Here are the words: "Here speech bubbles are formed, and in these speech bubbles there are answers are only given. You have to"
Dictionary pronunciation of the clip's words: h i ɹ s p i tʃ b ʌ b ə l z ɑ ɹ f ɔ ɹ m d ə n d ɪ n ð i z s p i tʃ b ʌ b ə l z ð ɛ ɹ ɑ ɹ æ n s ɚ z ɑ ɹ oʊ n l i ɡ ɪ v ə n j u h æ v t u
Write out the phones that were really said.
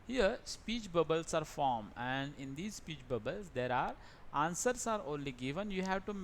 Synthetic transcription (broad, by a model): h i ɹ s p i tʃ b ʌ b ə l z ɑ ɹ f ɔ ɹ m ə n d ɪ n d i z s p i tʃ b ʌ b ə l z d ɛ ɹ ɑ ɹ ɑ n s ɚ s ɑ ɹ oʊ n l i ɡ ɪ v ə n j u h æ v t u